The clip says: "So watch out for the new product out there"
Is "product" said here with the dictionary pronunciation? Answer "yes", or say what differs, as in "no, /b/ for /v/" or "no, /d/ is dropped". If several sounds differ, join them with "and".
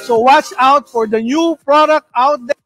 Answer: yes